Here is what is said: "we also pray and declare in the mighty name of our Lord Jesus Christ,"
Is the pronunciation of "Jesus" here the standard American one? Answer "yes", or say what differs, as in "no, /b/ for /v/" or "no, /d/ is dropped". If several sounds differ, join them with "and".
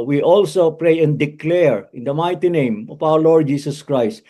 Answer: no, /s/ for /z/